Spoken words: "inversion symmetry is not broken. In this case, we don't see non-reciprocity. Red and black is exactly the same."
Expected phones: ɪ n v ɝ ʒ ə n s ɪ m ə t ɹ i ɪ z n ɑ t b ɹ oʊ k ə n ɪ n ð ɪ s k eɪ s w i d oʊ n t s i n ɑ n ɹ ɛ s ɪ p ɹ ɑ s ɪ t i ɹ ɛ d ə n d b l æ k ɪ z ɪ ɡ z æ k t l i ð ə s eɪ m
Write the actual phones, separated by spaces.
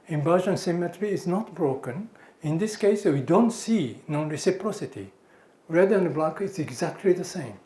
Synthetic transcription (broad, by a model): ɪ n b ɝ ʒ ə n s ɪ m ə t ɹ i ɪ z n ɑ t b ɹ oʊ k ə n ɪ n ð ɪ s k eɪ s w i d oʊ n t s i n ɑ n ɹ ɛ s ɪ p ɹ ɑ s ɪ t i ɹ ɛ d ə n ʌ b l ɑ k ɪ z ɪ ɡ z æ k t l i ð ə s eɪ m